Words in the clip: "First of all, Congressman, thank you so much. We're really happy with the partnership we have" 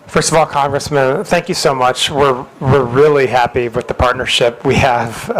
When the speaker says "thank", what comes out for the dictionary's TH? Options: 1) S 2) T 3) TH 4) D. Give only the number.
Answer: 3